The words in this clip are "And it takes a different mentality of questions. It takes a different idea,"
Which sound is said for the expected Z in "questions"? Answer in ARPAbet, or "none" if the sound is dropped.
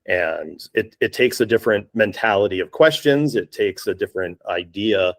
Z